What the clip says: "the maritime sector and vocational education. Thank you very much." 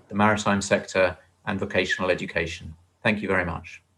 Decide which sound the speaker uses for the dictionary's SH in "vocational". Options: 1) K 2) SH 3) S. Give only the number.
2